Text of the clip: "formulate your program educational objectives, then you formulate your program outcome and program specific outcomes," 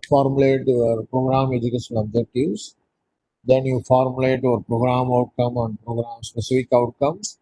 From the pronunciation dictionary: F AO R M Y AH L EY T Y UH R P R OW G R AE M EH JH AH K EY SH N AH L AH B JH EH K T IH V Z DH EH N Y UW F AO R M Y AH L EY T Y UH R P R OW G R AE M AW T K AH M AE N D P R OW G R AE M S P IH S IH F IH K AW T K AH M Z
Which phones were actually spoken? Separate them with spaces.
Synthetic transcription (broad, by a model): F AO R M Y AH L EY T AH R P R OW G R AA M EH JH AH K EY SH AH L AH B JH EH K T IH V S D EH N Y UW F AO R M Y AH L EY T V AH R P R OW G R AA M AW T K AH M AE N D P R OW G R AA M S P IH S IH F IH K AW T K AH M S